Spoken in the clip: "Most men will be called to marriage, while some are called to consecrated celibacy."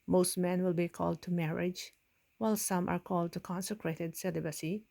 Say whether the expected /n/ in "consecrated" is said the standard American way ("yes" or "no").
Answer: yes